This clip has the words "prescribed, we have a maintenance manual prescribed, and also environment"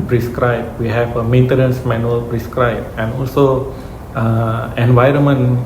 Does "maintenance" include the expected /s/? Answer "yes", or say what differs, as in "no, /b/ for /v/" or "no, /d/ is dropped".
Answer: yes